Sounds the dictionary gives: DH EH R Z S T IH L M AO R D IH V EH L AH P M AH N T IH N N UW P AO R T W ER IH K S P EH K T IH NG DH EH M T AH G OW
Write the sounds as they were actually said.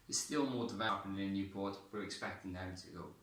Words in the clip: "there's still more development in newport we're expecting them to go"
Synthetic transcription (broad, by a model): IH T S T IH L M AO D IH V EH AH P AH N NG IH N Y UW P AO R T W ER IH K S P EH K T IH NG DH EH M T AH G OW